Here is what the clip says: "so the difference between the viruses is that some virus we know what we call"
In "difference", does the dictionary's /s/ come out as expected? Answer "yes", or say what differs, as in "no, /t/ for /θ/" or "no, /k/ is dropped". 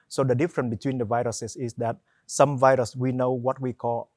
no, /s/ is dropped